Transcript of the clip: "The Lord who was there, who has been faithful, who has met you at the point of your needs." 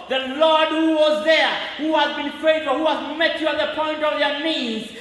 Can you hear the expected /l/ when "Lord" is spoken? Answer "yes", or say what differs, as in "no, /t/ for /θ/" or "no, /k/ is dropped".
yes